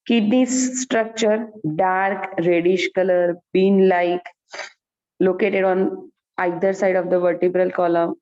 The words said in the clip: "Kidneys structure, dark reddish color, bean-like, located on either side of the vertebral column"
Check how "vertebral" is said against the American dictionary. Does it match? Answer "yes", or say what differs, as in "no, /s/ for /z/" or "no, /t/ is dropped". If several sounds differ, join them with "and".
yes